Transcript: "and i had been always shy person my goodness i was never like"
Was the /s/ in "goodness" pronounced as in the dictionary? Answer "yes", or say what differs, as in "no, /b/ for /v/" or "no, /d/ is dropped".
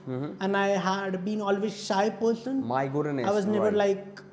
no, /s/ is dropped